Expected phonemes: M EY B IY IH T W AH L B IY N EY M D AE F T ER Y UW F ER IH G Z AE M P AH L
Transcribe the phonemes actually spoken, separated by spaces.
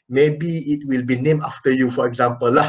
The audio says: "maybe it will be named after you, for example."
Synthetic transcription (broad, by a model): M EY B IY IH T W AH L B IY N EY M AA F T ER Y UW F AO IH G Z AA M P AH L